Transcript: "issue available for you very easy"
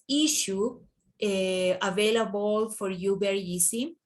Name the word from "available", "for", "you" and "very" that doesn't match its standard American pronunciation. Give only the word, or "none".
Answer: very